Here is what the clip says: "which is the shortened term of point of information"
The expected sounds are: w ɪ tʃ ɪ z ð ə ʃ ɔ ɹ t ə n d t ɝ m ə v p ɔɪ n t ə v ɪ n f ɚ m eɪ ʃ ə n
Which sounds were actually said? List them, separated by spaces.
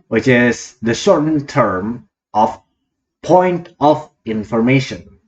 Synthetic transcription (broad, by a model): w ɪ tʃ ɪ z ð ə s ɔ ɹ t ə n t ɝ m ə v p ɔɪ n t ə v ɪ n f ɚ m eɪ ʃ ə n